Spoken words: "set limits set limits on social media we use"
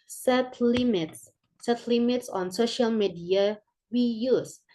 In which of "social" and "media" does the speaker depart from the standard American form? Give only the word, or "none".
none